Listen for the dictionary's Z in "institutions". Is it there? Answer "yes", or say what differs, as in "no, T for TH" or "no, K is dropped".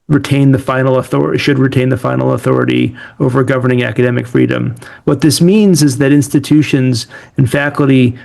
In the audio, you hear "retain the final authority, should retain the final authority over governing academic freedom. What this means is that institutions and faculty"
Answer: yes